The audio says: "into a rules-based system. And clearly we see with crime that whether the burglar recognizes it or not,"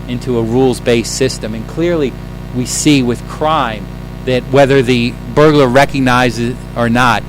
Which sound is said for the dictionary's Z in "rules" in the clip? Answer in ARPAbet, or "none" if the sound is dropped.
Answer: Z